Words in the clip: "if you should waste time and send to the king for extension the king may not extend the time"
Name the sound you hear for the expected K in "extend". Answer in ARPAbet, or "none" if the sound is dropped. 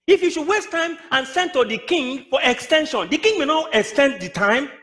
K